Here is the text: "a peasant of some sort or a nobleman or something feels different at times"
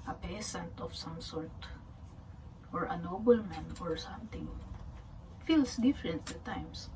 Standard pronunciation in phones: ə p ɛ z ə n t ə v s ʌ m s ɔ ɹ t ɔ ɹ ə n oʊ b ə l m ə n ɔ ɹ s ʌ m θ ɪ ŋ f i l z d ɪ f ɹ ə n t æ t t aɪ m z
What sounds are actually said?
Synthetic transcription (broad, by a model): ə p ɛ s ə n t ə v s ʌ m s ɔ ɹ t ɔ ɹ ə n oʊ b ə l m ə n ɔ ɹ s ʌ m t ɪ ŋ f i l s d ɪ f ɹ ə n t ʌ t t aɪ m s